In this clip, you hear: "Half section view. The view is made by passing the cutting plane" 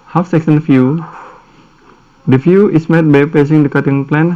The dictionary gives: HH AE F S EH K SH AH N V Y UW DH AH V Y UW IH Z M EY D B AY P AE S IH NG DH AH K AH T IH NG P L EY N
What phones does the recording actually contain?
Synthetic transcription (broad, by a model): HH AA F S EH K S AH N F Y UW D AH F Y UW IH S M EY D B AY P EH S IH NG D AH K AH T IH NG P L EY N